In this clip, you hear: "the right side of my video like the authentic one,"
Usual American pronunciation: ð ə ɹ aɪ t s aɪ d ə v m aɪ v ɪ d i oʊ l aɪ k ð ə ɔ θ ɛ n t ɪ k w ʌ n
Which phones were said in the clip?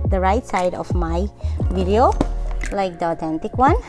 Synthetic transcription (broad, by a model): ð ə ɹ aɪ t s aɪ d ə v m aɪ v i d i oʊ l aɪ k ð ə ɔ t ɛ n t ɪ k w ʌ n